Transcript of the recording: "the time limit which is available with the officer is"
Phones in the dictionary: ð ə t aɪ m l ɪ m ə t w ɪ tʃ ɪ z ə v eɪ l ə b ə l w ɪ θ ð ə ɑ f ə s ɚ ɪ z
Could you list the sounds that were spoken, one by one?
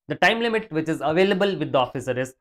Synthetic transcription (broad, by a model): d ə t aɪ m l ɪ m ə t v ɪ tʃ ɪ z ə v eɪ l ə b ə l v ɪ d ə ɑ f ə s ɚ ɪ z